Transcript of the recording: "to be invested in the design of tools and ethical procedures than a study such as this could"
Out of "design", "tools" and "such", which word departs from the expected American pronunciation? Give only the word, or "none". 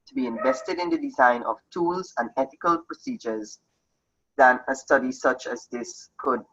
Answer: none